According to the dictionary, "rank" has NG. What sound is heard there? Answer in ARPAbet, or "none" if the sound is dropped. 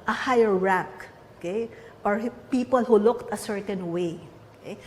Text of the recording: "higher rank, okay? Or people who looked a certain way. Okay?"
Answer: none